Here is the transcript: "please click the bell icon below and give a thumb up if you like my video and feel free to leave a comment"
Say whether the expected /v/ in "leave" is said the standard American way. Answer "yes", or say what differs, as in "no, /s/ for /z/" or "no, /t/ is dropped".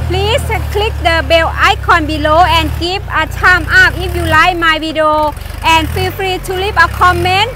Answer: no, /p/ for /v/